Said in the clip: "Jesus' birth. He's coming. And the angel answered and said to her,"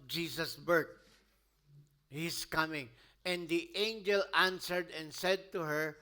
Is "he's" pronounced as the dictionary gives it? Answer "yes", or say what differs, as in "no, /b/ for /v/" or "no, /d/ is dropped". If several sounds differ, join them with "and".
no, /s/ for /z/